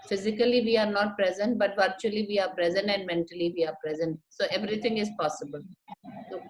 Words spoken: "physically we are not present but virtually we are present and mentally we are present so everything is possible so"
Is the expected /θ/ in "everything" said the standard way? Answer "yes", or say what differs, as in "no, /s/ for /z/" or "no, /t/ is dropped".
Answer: no, /t/ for /θ/